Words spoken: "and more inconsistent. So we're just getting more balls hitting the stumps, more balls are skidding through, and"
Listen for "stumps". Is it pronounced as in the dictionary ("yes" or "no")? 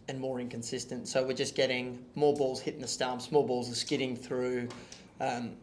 no